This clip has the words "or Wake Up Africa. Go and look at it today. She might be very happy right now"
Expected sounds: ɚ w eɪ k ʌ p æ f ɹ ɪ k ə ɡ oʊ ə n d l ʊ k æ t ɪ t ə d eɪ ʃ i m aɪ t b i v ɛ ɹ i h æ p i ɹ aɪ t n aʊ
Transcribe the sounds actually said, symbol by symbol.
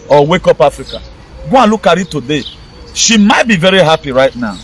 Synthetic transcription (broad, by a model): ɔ w eɪ k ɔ p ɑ f ɹ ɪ k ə ɡ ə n l ʊ k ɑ t ɪ t ə d eɪ ʃ i m aɪ t b i v ɛ ɹ i h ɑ p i ɹ aɪ t n aʊ